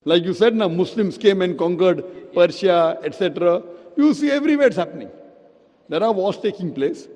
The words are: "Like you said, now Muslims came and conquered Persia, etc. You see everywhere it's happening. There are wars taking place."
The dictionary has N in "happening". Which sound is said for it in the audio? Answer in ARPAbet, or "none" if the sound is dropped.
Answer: N